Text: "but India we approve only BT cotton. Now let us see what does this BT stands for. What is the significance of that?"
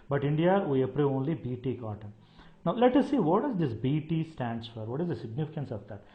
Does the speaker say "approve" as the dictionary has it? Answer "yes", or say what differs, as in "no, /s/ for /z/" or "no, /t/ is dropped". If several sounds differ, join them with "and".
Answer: no, /v/ is dropped